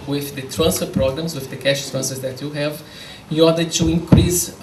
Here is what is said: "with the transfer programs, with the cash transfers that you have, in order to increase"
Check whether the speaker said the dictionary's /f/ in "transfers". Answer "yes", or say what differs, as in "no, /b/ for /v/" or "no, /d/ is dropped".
no, /f/ is dropped